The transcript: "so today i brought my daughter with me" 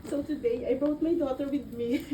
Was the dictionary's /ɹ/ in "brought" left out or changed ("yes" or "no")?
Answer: yes